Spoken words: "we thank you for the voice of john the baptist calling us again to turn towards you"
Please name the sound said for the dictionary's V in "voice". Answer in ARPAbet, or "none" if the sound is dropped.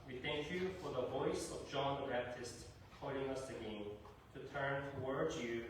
V